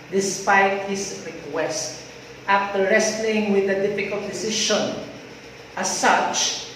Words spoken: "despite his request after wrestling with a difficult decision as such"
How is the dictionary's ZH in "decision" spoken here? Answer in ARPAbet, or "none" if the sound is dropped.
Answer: SH